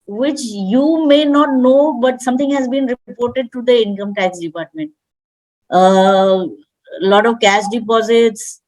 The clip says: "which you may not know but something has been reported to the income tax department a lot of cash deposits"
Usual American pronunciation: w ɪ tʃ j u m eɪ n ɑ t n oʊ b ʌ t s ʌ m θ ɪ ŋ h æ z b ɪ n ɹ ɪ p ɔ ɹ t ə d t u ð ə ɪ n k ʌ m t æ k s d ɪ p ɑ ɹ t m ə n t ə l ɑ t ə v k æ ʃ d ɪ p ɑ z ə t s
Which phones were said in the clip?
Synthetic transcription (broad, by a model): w ɪ tʃ j u m eɪ n ɑ t n oʊ b ʌ t s ʌ m t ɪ ŋ h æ z b ɪ n ɹ ɪ p ɔ ɹ t ə d t u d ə ɪ n k ʌ m t æ k s d ɪ p ɑ ɹ t m ə n t ə l ɑ t ə v k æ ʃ d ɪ p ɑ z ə t s